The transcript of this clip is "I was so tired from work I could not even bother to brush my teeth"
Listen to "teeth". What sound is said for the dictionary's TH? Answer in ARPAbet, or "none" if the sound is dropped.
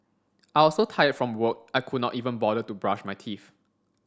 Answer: F